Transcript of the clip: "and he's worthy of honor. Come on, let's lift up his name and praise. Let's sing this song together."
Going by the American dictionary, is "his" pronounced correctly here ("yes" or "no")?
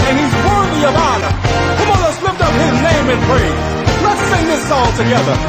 yes